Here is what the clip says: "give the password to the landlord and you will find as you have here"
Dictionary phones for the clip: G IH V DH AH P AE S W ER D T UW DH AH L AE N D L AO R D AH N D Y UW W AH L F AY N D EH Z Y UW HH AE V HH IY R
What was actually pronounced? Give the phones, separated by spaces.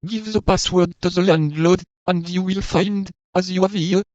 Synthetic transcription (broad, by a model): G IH V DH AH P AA S W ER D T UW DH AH L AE N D L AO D AH N D Y UW W AH L F AY N D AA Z Y UW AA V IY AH